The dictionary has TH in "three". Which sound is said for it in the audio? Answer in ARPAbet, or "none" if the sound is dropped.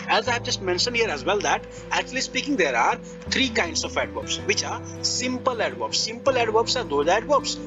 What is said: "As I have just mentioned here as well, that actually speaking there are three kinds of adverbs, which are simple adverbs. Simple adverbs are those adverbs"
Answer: T